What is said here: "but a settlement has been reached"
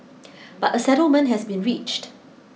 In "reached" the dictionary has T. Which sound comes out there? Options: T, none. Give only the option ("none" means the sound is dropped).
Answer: T